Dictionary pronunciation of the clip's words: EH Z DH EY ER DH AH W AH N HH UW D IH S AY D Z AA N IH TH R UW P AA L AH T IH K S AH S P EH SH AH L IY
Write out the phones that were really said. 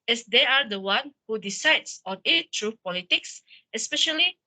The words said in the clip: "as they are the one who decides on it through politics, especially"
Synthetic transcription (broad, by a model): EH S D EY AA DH AH W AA N HH UW D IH S AY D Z AA N IH T R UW P AA L AH T IH K S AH S P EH SH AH L IY